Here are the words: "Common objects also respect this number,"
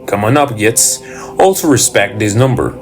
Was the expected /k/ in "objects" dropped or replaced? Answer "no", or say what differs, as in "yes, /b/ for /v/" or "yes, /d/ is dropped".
yes, /k/ is dropped